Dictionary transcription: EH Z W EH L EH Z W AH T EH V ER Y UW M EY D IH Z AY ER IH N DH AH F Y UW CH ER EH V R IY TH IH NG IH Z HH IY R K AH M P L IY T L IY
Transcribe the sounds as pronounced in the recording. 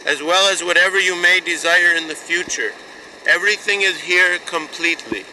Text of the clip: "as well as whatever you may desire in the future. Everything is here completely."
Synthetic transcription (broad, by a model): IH Z W EH L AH Z W AH T EH V ER Y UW M EY D IH Z AY ER IH N DH AH F Y UW CH ER EH V R IY TH IH NG IH Z HH IY R K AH M P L IY T L IY